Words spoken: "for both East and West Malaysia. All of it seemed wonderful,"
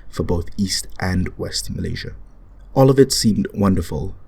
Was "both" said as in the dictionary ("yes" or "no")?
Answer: yes